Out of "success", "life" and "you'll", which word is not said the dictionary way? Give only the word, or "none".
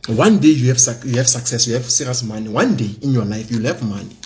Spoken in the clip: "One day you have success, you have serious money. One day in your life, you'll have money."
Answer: none